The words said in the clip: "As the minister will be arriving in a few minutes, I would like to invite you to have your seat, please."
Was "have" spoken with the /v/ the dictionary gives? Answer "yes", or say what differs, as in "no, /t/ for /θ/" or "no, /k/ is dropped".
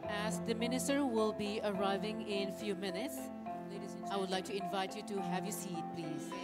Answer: yes